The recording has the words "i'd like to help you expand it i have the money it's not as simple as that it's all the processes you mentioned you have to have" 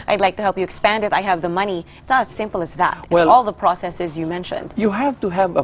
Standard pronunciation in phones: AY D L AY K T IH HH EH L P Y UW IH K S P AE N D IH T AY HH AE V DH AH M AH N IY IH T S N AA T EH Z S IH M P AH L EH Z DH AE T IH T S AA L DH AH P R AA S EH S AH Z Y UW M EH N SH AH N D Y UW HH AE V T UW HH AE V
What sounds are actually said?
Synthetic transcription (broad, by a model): AY D L AY K T IH HH EH L P Y IH K S P AE N D IH T AY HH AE V DH AH M AH N IY IH T S N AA T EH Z S IH M P L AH Z DH AE T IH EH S AA L DH AH P R AA S EH S AH Z Y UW M EH N SH AH N D Y UW HH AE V T UW HH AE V